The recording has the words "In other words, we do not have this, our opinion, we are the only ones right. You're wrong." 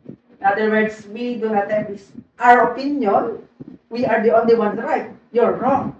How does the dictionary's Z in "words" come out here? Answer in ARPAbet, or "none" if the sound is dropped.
S